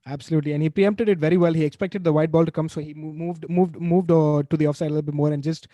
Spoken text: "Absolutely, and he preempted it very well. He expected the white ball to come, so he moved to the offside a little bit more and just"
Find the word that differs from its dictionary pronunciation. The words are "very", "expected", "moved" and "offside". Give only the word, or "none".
none